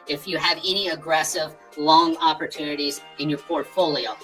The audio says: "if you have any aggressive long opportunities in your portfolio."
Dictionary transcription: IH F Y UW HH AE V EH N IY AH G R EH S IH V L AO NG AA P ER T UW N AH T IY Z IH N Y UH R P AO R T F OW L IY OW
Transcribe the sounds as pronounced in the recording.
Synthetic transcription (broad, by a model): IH F Y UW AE V EH N IY AH G R EH S IH V L AO NG AA P ER T UW N AH T IY Z IH N Y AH R P AO R T F OW L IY OW